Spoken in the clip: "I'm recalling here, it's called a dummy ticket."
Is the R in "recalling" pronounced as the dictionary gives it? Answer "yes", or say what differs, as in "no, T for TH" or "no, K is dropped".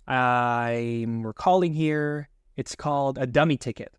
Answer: no, W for R